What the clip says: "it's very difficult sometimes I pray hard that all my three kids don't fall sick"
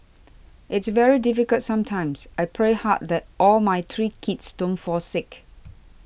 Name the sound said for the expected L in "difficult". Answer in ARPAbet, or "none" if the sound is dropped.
L